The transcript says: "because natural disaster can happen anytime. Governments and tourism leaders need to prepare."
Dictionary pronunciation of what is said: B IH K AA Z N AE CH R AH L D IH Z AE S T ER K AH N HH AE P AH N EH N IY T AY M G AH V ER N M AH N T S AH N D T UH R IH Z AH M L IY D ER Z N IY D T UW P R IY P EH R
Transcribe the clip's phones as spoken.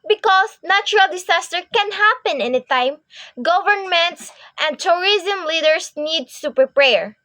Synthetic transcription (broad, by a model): B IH K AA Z N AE CH R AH L D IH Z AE S T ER K AH N HH AE P AH N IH N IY T AY M G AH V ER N M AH N T S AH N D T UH R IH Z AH M L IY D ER S N IY D S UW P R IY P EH R